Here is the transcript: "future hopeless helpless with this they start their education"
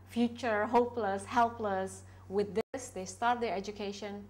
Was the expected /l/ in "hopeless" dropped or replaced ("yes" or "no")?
no